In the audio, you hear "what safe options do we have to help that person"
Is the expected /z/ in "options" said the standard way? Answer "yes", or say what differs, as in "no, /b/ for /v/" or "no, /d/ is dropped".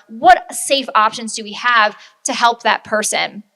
yes